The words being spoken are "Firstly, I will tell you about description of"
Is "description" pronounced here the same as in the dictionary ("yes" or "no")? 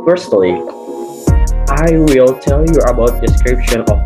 yes